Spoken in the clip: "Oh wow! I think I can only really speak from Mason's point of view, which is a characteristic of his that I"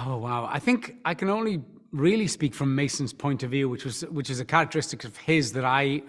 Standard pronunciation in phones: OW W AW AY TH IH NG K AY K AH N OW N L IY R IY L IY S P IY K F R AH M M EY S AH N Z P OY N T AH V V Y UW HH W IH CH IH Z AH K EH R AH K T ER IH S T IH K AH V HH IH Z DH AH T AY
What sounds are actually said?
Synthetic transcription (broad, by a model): OW W AW AY TH IH NG K AY K AH N OW N L IY R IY L IY S P IY K F R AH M M EY S AH N Z P OY N T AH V V Y UW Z W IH CH IH Z AH K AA R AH K T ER IH S T IH K AH V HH IH Z DH AH T AY